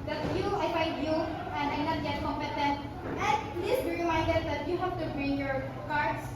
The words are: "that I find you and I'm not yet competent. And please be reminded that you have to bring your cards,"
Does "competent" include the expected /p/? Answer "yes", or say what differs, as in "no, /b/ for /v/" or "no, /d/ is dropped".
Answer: no, /p/ is dropped